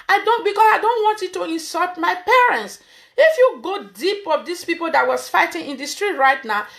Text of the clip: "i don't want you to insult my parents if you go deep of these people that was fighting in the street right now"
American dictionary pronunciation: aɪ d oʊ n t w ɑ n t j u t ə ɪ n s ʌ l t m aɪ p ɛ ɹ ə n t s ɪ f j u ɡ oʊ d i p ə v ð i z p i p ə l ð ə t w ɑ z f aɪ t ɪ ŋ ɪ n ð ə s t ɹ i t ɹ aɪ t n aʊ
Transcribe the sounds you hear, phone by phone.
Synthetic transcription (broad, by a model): aɪ d oʊ n t w ɑ n t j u t ə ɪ n s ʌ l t m aɪ p ɛ ɹ ə n t s ɪ f j u ɡ oʊ d i p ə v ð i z p i p ə l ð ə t w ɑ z f aɪ t ɪ ŋ ɪ n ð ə s t ɹ i t ɹ aɪ t n aʊ